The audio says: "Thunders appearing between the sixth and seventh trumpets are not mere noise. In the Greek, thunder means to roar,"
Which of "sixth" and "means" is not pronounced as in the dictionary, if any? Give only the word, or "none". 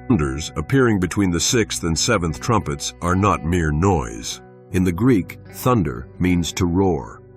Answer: none